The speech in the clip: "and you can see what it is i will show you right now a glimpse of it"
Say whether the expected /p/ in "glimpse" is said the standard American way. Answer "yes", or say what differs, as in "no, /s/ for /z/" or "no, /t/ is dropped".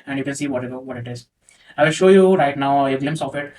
no, /p/ is dropped